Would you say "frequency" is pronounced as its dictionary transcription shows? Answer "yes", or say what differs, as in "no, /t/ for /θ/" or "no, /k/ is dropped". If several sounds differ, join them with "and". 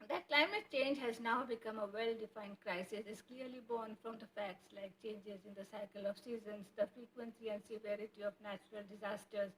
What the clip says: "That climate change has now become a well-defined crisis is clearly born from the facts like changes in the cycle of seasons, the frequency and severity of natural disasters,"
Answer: yes